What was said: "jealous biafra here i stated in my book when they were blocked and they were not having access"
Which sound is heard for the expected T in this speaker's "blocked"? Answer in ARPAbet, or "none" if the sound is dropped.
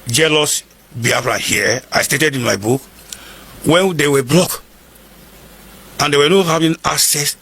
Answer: none